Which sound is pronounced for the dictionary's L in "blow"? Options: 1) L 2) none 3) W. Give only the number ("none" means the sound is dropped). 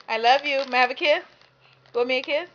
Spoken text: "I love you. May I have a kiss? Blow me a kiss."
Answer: 2